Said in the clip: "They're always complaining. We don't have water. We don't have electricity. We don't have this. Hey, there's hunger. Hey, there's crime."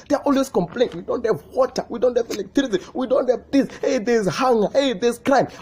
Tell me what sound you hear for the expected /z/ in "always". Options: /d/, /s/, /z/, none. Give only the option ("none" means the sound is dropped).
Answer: /s/